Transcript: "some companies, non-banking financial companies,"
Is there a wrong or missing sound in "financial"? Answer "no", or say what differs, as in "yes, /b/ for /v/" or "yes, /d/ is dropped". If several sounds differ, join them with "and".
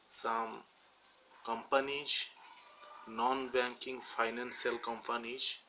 yes, /s/ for /ʃ/